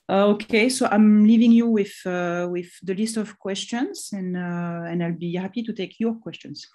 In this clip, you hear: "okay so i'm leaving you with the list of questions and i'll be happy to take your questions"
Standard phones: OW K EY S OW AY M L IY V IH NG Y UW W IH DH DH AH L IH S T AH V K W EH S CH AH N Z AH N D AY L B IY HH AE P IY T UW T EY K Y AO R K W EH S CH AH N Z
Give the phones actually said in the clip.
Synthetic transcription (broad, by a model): OW K EY S OW AY M L IY V IH NG Y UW W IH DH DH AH L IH S T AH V K W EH S CH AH N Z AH N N AY L B IY HH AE P IY T UW T EY K Y AO R K W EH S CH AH N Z